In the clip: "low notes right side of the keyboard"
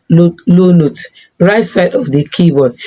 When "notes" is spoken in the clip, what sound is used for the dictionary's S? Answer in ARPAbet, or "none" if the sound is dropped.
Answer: none